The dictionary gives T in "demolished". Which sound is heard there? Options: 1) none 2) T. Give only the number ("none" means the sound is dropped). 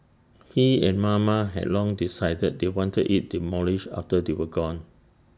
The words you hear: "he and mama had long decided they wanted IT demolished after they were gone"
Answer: 1